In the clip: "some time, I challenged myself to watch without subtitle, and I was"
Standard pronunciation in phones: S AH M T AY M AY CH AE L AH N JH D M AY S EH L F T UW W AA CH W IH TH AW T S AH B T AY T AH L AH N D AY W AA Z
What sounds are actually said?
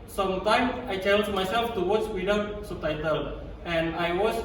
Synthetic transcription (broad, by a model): S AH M T AY M AY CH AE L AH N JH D M AY S EH L F T UW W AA S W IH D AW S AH T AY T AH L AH N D AY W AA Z